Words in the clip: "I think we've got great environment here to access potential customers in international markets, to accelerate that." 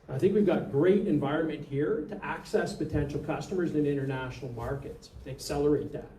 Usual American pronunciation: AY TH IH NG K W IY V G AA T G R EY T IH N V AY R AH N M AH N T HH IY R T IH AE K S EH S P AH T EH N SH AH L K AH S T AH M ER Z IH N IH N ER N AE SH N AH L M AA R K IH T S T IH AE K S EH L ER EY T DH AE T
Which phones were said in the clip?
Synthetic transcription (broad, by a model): AY TH IH NG K W IY V G AA T G R EY T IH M V AY R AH N M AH N T HH IY R T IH AE K S EH S P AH T EH N SH L K AH S T AH M ER Z IH N IH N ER N AE SH N L M AA R K IH T S T IH AE K S EH L ER EY T DH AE T